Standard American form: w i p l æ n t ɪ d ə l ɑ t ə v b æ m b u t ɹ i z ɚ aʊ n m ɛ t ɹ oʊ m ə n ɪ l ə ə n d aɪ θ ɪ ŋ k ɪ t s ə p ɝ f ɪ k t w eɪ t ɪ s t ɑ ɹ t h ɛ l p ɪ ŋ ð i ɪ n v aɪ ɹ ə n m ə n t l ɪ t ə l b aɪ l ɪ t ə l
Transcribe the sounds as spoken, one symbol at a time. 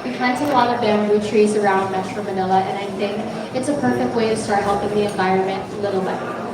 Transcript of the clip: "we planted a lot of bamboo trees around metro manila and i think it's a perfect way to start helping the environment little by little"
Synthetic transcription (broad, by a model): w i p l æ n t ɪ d ə l ɑ t ə v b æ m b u t ɹ i z ɚ aʊ n m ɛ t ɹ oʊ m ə n ɪ l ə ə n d aɪ θ ɪ ŋ k ɪ t s ə p ɝ f ɪ k t w eɪ t ɪ s t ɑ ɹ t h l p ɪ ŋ ð i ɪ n v aɪ ɹ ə n m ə n t l ɪ t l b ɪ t